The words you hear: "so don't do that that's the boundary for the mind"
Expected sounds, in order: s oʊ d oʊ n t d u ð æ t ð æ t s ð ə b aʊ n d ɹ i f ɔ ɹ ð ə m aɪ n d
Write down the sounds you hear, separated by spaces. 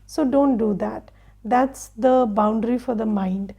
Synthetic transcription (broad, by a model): s oʊ d oʊ n t d u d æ t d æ t s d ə b aʊ n d ɹ i f ɔ ɹ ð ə m aɪ n d